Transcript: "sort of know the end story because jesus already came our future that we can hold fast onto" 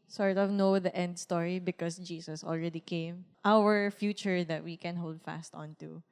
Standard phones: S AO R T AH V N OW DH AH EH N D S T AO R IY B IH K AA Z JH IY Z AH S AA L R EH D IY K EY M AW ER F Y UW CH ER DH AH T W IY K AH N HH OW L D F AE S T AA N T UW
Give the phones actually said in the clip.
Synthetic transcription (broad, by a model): S AO R T AH V N OW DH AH EH N D S T AO R IY B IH K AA S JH IY S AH S AA L R EH D IY K EY M AW ER F Y UW CH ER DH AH T W IY K AH N HH OW L D F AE S T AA N T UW